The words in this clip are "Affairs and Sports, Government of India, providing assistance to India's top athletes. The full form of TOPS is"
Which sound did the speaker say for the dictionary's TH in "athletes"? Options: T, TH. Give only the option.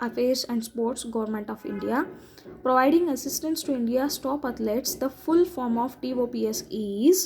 T